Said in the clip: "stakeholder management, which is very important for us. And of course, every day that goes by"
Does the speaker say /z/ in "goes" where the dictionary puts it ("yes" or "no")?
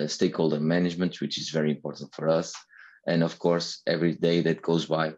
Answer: yes